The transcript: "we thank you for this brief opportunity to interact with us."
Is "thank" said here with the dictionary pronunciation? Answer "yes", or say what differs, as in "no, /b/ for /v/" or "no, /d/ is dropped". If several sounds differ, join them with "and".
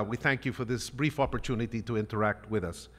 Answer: yes